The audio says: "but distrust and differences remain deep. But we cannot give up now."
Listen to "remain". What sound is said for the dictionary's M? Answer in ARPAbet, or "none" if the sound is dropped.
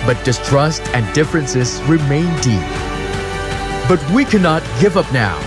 M